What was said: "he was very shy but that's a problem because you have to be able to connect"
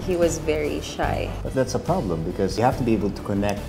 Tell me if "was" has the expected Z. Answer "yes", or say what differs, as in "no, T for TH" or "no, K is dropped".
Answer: yes